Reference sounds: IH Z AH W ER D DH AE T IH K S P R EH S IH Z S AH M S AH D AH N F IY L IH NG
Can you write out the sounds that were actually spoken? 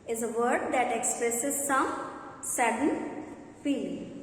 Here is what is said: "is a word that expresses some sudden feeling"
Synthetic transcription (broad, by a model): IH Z AH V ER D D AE T IH K S P R EH S IH Z S AH M S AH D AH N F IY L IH